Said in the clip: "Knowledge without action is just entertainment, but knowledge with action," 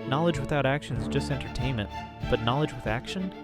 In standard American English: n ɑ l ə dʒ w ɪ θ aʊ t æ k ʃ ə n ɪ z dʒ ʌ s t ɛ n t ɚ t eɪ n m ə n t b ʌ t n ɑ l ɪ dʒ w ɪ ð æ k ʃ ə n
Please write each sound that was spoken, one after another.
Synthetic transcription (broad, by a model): n ɑ l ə dʒ w ɪ θ aʊ t æ k ʃ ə n z dʒ ʌ s t ɛ n t ɚ t eɪ n m ə n t b ʌ t n ɑ l ɪ dʒ w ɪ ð æ k ʃ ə n